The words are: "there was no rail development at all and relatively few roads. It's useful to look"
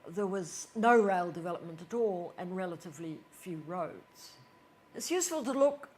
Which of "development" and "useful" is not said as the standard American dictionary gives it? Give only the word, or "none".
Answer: none